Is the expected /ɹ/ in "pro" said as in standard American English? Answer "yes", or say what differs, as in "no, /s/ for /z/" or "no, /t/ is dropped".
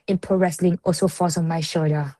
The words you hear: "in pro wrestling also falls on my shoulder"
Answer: no, /ɹ/ is dropped